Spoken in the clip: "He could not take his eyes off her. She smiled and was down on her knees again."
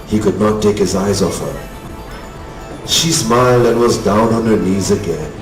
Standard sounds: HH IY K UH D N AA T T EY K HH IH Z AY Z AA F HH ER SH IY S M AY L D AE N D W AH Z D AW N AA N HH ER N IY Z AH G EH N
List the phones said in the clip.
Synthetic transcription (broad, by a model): HH IY K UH D N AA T T EY K HH IH Z AY Z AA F HH ER SH IY S M AY L D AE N W AH Z D AW N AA N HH ER N IY Z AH G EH N